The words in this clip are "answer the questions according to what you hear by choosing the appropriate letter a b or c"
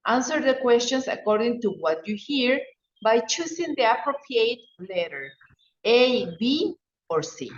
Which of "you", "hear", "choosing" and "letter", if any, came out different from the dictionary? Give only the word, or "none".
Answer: choosing